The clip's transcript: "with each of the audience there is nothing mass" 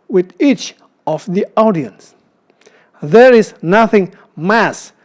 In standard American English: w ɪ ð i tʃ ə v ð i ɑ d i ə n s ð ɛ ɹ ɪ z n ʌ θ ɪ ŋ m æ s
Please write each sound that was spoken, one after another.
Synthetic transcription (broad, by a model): w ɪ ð i tʃ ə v ð i ɑ d i ə n s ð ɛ ɹ ɪ z n ʌ θ ɪ ŋ m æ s